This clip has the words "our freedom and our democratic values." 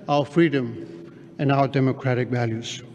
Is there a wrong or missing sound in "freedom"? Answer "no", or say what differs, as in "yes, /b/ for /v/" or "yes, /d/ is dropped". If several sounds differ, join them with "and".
no